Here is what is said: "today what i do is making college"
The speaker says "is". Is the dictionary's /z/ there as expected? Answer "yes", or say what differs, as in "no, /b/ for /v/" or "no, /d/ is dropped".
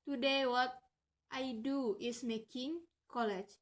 no, /s/ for /z/